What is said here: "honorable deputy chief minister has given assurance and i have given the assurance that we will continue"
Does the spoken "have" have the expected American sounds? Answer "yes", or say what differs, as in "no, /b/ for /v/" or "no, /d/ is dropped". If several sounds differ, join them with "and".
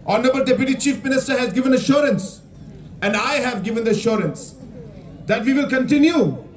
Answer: yes